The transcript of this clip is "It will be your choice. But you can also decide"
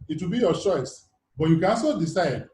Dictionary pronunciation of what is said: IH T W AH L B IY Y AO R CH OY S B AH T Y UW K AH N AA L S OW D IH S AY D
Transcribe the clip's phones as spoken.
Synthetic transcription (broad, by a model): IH T W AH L B IY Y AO CH OY S B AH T Y UW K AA S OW D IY S AY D